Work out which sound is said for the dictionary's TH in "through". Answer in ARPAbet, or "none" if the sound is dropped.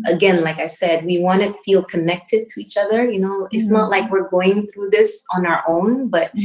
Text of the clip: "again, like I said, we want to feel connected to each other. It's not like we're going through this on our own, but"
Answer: TH